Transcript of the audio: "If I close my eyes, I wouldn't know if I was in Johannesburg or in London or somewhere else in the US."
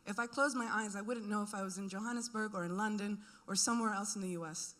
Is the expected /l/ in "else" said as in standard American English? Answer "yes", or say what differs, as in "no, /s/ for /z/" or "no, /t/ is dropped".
yes